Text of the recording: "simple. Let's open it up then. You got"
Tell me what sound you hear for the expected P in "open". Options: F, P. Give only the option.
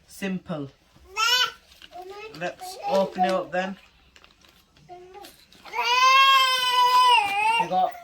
F